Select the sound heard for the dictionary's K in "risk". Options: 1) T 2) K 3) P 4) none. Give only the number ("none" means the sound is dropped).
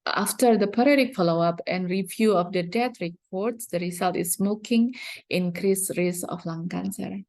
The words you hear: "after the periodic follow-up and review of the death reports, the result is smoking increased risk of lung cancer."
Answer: 4